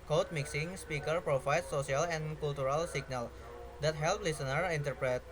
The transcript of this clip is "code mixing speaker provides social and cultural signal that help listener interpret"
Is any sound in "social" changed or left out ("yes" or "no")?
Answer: yes